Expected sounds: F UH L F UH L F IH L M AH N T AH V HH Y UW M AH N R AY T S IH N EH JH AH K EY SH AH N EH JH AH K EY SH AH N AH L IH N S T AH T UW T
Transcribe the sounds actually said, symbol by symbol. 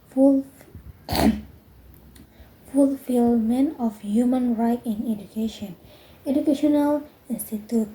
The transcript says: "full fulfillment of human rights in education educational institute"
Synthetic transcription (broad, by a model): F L F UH L F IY L M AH N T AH F HH Y UW M AH N R AY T IH N EH JH AH K EY SH AH N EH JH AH K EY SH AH N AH L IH N S T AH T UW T